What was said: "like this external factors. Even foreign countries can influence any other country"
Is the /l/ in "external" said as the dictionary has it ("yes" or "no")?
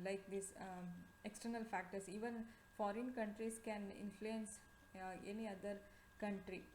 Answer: yes